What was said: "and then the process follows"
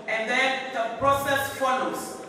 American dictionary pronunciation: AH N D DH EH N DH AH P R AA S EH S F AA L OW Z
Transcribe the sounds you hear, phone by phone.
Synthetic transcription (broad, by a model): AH N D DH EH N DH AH P R AA S EH S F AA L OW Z